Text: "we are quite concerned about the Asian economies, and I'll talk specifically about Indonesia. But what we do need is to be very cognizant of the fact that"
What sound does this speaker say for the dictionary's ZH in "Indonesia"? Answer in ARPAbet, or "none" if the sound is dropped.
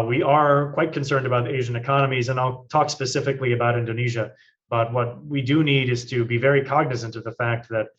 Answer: ZH